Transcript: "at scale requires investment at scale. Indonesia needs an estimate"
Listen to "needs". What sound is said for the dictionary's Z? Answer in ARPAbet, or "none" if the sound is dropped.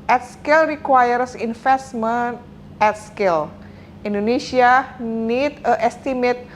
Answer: none